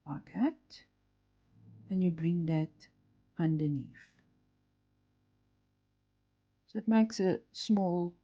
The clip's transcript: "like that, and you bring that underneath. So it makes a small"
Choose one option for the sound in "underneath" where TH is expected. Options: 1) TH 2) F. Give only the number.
2